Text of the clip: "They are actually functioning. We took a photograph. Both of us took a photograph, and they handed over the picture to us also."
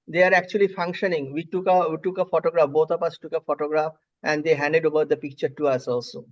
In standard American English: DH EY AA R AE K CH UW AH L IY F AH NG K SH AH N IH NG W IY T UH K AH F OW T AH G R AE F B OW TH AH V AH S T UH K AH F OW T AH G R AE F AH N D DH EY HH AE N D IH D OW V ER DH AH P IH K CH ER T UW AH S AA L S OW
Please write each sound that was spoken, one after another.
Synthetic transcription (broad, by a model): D EY AA R AE K CH UW AH L IY F AH NG K SH AH N IH NG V IY T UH K AH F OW T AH G R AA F B OW T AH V AH S T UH K AH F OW T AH G R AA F AH N D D EY HH AE N D IH D OW V ER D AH P IH K CH ER T UW AH S AA L S OW